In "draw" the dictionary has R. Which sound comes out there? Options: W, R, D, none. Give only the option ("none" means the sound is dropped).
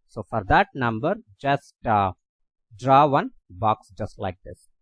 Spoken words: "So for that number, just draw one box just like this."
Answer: R